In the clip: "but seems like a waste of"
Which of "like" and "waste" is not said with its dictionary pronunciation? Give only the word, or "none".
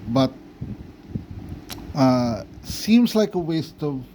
none